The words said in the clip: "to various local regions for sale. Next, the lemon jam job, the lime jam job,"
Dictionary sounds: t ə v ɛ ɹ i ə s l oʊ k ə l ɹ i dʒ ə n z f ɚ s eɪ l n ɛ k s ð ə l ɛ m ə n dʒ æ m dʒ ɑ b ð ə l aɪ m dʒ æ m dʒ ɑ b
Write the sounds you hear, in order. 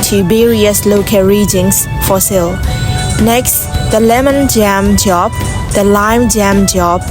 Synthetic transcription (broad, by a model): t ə b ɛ ɹ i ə s l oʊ k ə ɹ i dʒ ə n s f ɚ s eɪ l n ɛ k s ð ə l ɛ m ə n dʒ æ m dʒ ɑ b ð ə l aɪ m dʒ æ m dʒ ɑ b